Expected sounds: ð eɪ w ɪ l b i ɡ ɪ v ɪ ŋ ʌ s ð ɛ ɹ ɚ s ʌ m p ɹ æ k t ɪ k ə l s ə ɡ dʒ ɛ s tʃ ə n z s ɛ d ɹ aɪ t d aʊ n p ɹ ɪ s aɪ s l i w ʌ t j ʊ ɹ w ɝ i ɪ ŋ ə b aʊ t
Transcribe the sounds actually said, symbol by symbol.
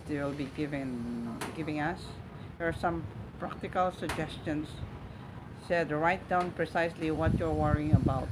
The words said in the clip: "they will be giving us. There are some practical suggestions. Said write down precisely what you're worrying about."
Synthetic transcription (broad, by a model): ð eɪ w ɪ l b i ɡ ɪ v ɪ ŋ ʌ s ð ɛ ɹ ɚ s ʌ m p ɹ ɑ k t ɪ k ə l s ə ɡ dʒ ɛ s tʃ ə n s ɛ d ɹ aɪ t d aʊ n p ɹ ɪ s aɪ s l i w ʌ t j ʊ ɹ w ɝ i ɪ ŋ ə b aʊ t